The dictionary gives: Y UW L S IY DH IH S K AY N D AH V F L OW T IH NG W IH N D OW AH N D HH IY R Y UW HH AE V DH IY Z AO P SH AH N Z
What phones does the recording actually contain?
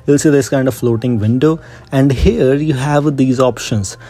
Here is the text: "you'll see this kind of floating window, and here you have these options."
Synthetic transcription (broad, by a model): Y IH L S IY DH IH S K AY N D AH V F L OW T IH NG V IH N D OW AH N D HH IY R Y UW HH AE V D IY Z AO P SH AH N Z